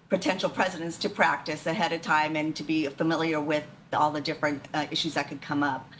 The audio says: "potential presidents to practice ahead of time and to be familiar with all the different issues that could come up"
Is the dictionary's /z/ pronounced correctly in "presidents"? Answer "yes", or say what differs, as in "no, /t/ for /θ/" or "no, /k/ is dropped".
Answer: yes